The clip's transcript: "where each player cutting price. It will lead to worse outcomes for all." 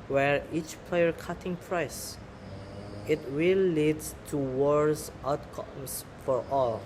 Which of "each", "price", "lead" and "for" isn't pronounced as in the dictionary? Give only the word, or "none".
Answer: none